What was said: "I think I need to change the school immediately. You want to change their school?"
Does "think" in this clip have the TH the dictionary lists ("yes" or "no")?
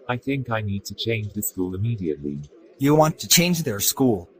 yes